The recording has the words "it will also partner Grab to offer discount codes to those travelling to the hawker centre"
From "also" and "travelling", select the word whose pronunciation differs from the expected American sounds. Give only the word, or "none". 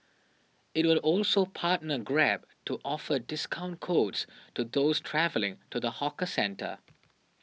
none